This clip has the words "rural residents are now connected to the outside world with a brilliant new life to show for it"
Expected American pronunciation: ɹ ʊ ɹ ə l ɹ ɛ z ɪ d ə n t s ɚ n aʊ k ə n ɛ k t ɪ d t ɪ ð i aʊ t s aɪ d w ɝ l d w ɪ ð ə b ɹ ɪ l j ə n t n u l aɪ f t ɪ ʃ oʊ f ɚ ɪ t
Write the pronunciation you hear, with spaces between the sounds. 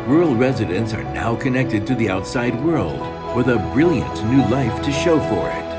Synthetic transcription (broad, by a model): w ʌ ɹ l ɹ ɛ z ɪ d ə n t s ɚ n aʊ k ə n ɛ k t ɪ d t ɪ ð i aʊ t s aɪ d w ɝ l d w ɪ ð ə b ɹ ɪ l j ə n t n u l aɪ f t ɪ ʃ oʊ f ɚ ɪ t